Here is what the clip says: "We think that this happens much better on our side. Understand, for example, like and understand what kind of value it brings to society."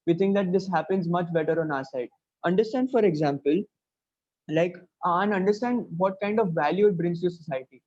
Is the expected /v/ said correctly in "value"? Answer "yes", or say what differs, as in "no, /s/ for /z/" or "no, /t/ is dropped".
yes